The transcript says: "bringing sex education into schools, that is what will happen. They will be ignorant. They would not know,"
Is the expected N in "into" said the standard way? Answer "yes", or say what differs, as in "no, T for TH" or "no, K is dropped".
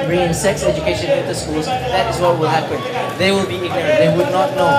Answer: no, N is dropped